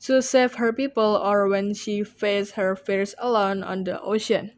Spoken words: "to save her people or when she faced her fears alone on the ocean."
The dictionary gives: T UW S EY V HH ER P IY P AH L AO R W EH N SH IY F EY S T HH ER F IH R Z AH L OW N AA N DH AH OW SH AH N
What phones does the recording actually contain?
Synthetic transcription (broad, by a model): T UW S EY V HH ER P IY P AH L AO R W EH N SH IY F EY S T HH ER F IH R S AH L OW N AA N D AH OW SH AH N